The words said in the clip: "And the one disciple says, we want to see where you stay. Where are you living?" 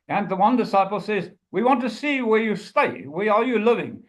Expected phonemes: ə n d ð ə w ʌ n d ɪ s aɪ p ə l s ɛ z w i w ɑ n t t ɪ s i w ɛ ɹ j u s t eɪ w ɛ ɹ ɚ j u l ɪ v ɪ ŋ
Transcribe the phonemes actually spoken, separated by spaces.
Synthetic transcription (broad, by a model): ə n ð ə w ʌ n d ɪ s aɪ p l s ɛ z w i w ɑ n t t ɪ s i w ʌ ɹ j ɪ s t eɪ w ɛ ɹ ɚ j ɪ l ɪ v ɪ ŋ